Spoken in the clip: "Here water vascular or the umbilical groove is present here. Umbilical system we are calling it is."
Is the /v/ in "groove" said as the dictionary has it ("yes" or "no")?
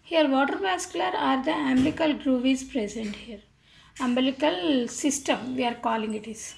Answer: yes